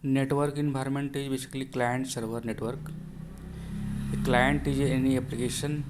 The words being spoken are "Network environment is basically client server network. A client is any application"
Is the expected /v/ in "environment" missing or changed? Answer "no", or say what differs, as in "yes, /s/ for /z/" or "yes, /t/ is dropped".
yes, /b/ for /v/